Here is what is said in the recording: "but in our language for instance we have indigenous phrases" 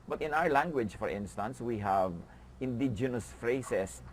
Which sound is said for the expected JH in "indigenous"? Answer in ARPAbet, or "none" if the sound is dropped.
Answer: JH